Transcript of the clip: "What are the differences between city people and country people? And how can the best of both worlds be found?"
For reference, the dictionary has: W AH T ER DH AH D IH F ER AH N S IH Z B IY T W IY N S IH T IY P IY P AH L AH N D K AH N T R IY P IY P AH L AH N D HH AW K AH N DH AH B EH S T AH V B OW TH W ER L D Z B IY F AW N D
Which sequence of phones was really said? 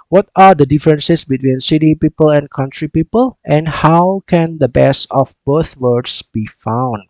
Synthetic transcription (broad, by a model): W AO T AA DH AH D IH F ER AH N S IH S B IY T W IY N S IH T IY P IY P AH L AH N K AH N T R IY P IY P AH L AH N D HH AW K AH N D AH B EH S AH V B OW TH W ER D S B IY F AW N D